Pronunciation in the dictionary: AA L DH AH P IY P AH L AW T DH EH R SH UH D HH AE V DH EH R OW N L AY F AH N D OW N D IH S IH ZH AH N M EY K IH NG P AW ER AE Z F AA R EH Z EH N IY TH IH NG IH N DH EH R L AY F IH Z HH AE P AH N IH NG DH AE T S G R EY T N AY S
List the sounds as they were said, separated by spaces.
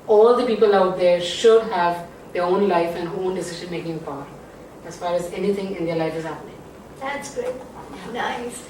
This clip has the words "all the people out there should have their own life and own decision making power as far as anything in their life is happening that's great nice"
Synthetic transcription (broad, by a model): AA L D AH P IY P AH L AW T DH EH R SH UH D HH AE V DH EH R OW N L AY F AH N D OW N D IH S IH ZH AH N M EY K IH NG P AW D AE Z F AA R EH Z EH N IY T IH NG IH N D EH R L AY F IH Z HH AE P AH N IH NG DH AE T S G UH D N AY S